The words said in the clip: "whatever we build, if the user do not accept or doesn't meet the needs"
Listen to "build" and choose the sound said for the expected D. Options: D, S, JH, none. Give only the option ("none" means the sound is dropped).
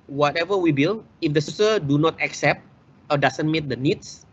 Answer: none